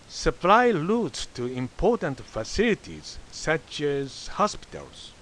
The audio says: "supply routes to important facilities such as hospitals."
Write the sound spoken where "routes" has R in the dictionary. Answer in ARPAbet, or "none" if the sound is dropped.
L